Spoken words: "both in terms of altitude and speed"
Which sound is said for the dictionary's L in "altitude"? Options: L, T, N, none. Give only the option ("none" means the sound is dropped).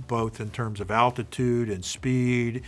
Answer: L